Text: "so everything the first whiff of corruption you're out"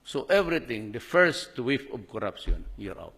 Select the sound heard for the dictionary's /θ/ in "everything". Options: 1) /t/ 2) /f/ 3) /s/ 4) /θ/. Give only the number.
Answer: 1